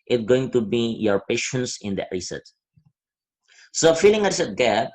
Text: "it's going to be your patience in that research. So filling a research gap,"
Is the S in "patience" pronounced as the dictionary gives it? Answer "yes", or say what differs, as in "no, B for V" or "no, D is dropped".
yes